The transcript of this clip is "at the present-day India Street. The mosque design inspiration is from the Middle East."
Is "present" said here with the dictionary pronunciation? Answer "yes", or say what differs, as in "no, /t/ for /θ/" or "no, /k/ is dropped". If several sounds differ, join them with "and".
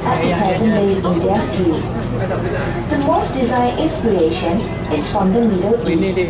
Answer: no, /ɹ/ is dropped